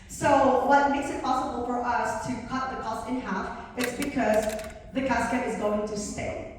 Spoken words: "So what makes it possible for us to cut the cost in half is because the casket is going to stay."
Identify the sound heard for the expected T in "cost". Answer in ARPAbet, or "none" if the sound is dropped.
none